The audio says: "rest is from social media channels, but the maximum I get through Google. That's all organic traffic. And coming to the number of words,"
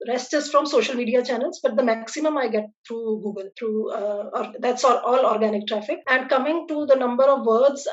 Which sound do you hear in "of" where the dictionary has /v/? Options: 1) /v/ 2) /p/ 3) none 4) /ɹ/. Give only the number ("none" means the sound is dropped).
1